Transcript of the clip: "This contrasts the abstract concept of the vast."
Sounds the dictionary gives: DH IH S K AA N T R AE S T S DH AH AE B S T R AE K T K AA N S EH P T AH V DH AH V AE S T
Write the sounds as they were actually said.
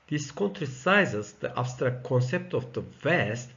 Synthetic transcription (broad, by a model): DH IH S K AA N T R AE S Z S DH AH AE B S T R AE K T K AA N S EH P T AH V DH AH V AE S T